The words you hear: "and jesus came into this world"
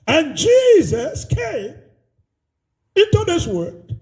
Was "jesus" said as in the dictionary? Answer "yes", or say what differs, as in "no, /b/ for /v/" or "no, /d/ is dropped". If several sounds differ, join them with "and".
yes